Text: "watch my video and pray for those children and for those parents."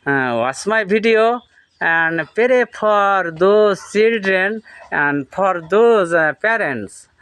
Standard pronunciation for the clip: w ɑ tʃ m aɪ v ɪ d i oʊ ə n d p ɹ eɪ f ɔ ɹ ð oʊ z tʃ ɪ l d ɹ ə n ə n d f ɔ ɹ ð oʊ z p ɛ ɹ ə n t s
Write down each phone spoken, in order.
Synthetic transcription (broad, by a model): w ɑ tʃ m aɪ b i d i oʊ ə n d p ɹ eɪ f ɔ ɹ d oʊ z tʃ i l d ɹ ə n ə n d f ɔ ɹ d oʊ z p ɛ ɹ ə n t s